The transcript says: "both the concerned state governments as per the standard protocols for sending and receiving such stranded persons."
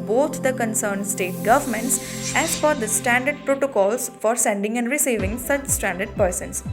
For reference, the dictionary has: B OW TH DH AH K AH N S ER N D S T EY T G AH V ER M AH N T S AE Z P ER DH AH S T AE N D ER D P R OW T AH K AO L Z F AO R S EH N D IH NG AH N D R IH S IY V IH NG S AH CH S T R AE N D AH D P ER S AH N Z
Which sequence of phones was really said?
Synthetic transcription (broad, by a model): B OW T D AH K AH N S ER N D S T EY T G AH V ER M AH N T S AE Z F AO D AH S T AE N D ER D P R OW T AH K AO L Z F AO R S EH N D IH NG AH N D R IH S IY V IH NG S AH CH S T AE N D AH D P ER S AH N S